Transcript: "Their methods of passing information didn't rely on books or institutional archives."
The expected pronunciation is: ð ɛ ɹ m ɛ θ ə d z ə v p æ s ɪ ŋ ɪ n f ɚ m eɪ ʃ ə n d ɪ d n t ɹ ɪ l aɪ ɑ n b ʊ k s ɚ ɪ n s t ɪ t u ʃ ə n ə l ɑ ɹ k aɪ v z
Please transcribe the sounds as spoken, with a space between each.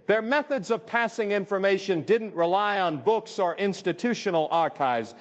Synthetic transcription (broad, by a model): ð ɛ ɹ m ɛ θ ə d z ə v p æ s ɪ ŋ ɪ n f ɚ m eɪ ʃ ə n d ɪ d n t ɹ ɪ l aɪ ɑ n b ʊ k s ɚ ɪ n s t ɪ t u ʃ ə n l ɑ ɹ k aɪ v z